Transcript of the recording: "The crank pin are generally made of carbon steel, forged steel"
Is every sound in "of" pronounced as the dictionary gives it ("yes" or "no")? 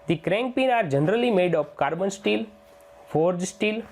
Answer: no